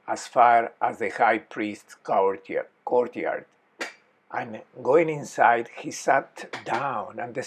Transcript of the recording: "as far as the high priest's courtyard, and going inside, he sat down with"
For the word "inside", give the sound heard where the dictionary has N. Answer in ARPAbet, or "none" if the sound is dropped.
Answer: N